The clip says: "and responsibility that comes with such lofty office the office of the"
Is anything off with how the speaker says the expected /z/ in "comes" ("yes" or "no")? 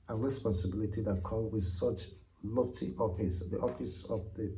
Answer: yes